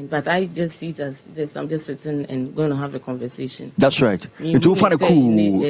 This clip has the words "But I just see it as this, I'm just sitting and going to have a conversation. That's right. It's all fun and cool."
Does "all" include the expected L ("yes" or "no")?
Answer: no